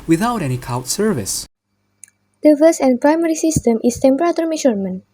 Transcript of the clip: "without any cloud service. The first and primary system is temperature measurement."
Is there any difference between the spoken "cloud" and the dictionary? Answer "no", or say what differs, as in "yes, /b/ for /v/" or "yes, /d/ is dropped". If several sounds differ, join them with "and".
yes, /l/ is dropped